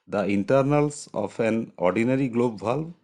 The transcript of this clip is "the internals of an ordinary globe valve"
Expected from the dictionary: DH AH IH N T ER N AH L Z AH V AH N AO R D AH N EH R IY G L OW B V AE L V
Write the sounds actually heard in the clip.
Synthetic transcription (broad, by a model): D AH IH N T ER N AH L S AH P AH N AO R D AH N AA R IY G L OW B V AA L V